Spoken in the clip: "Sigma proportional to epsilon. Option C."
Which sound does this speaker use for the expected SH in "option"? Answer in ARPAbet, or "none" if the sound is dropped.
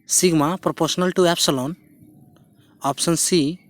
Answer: S